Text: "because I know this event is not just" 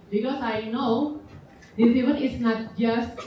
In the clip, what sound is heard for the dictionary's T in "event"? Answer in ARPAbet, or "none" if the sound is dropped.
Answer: none